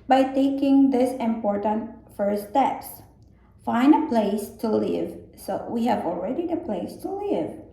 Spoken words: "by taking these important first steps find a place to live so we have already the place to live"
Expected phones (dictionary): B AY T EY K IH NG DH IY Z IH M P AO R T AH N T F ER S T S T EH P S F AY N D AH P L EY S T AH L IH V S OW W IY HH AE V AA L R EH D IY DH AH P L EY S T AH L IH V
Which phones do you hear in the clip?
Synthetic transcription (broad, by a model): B AY T EY K IH NG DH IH S IH M P AO R T AH N T F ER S S T EH P S F AY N AH P L EY S T AH L IH V S OW W IY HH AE V AA L R EH D IY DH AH P L EY S T AH L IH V